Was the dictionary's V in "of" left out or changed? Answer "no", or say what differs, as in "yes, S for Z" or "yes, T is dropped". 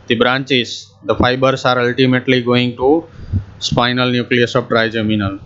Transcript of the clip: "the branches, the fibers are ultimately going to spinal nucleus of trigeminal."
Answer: yes, P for V